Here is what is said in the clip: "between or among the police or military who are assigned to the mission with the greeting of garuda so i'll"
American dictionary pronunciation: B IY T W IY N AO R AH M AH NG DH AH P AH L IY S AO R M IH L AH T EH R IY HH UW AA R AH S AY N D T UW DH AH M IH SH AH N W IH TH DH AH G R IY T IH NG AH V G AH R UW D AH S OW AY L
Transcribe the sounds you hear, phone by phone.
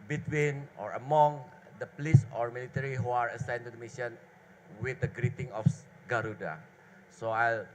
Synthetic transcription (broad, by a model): B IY T W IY N AO R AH M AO NG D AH P AH L IY S AO R M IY L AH T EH R IY HH UW AA R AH S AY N T UW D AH M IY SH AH N W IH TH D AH G R IY T IH NG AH F G AH R UW D AH S OW AY L